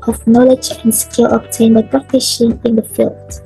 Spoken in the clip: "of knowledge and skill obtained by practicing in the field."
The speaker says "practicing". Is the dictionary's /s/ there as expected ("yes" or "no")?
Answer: no